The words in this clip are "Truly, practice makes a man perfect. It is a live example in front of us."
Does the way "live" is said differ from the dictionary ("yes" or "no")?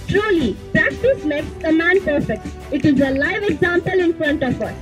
no